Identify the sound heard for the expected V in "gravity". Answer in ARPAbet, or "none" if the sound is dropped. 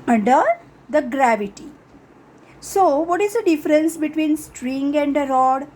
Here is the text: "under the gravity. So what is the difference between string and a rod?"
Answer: V